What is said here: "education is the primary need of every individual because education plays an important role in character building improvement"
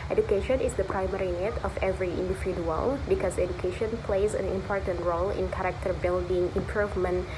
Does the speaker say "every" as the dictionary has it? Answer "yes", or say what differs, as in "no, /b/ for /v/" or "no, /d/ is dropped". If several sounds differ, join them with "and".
yes